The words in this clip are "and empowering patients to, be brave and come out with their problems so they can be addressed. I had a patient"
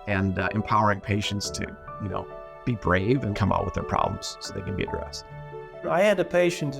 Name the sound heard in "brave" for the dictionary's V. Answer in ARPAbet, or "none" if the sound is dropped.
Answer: V